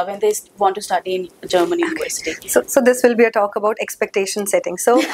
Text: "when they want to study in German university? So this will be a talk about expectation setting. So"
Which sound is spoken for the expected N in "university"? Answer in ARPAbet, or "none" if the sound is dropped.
none